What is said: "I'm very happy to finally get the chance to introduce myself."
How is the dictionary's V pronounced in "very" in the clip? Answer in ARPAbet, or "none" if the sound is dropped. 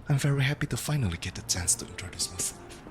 V